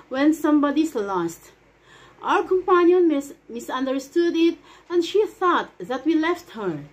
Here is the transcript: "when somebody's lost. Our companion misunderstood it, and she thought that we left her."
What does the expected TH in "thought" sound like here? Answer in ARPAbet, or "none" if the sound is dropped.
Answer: TH